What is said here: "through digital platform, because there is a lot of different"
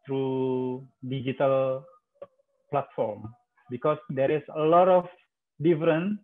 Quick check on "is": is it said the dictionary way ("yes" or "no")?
no